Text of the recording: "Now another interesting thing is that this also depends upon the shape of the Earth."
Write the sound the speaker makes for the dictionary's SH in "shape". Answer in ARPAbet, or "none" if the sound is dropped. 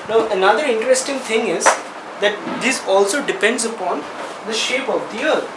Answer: SH